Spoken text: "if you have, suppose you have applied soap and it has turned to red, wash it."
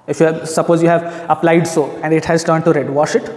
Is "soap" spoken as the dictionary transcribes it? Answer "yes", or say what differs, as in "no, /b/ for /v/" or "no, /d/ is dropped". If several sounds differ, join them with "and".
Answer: no, /p/ is dropped